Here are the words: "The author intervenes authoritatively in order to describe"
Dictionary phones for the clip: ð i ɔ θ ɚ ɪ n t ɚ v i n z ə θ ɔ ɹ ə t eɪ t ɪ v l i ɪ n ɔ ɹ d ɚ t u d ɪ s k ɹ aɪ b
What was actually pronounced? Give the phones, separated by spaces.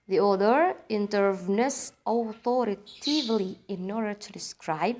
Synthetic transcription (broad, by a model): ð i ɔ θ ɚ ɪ n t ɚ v n ə s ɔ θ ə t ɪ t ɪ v l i ɪ n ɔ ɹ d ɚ t u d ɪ s k ɹ aɪ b